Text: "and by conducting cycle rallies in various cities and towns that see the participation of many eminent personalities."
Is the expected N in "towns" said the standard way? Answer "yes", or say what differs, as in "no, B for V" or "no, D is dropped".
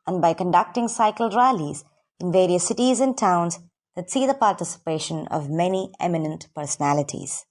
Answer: yes